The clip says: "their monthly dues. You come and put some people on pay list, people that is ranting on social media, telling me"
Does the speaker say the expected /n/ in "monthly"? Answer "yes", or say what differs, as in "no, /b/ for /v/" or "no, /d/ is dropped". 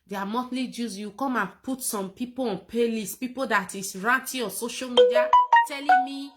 no, /n/ is dropped